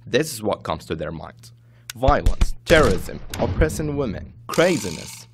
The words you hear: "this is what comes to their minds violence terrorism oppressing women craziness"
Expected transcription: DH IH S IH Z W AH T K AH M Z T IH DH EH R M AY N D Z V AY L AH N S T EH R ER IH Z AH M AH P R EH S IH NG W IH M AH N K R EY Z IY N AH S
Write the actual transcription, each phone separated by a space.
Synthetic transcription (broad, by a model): DH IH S IH Z W AH T K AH M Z T IH DH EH R M AY N D Z V AY L AH N S T EH R ER IH Z AH M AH P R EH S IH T W IH M AH N K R EY Z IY N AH S